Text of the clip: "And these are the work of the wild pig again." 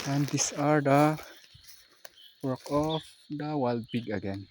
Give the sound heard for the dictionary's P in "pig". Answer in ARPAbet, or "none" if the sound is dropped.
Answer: B